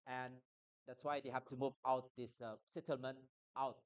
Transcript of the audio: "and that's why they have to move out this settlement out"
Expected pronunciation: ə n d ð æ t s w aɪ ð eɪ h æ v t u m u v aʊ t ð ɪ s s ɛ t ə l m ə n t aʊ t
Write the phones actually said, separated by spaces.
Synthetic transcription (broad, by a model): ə n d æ t s w aɪ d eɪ h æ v t u m u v aʊ t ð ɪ s s ɛ t ə l m ə n t aʊ t